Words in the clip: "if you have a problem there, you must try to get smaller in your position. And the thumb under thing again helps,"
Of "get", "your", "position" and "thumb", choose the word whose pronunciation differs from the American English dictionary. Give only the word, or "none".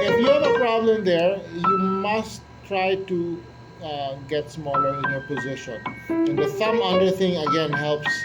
thumb